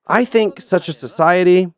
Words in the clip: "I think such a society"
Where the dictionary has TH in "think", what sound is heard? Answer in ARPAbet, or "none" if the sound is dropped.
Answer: TH